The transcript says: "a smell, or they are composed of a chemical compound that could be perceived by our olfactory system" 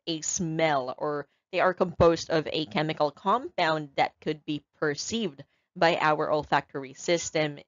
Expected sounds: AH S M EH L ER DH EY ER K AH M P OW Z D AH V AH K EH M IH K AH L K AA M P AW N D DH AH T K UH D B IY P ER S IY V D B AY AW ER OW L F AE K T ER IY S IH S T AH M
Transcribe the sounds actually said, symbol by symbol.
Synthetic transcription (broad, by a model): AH S M EH L ER DH EY ER K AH M P OW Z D AH V AH K EH M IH K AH L K AA M P AW N DH AH T K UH D B IY P ER S IY V D B AY AW ER OW L F AE K T ER IY S IH S T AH M